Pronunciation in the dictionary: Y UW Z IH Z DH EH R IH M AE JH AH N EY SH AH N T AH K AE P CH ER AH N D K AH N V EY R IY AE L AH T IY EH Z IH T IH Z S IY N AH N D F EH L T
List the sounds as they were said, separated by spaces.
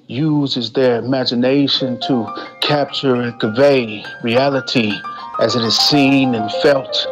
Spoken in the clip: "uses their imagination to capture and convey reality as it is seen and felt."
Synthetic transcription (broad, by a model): Y UW Z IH Z DH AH R IH M AE JH AH N EY SH AH N T AH K AE P CH ER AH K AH V EY R IY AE L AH T IY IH Z IH T IH Z S IY N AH N F EH L T